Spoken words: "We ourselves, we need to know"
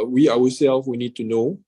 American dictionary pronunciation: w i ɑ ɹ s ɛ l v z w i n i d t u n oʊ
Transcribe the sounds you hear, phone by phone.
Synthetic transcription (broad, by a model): w i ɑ w s ɛ l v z w i n i d t u n oʊ